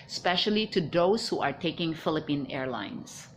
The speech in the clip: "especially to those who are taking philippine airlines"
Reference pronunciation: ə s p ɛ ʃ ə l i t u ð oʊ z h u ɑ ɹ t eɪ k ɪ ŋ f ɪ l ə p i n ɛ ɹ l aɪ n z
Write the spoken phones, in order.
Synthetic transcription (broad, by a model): s p ɛ ʃ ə l i t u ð oʊ s h u ɑ ɹ t eɪ k ɪ ŋ f ɪ l ə p i n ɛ ɹ l aɪ n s